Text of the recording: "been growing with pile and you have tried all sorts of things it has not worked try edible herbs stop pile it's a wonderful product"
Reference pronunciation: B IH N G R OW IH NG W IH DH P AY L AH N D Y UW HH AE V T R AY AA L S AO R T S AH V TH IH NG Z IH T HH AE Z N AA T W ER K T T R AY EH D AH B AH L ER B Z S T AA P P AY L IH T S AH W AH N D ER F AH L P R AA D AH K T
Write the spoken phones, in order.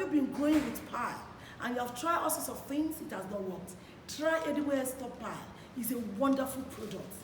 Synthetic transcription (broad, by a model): B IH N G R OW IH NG W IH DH P AY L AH N Y UW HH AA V T R AY AA L S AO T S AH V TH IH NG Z IH T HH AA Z N AA T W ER K T T R AY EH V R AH W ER S T AA P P AY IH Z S AH W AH N D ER F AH L P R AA D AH K T